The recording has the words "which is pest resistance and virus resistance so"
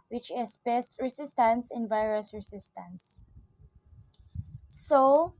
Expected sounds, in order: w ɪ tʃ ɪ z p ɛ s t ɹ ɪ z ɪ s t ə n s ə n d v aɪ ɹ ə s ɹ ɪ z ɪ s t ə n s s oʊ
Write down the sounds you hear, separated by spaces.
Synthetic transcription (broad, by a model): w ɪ tʃ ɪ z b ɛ s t ɹ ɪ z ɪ s t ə n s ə n v aɪ ɹ ə s ɹ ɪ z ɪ s t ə n s s oʊ